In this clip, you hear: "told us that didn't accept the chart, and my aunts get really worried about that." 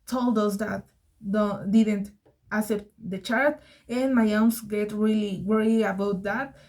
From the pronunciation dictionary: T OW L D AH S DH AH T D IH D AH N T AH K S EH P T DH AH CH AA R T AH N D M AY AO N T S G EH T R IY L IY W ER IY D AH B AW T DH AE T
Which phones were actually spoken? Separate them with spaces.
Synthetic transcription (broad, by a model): T OW L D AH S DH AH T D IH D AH N T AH S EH P T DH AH CH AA R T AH N M AY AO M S G EH T R IY L IY W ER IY AH B AW T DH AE T